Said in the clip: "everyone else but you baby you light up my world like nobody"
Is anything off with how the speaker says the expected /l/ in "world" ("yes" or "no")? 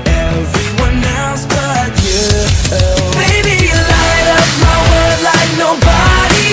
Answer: yes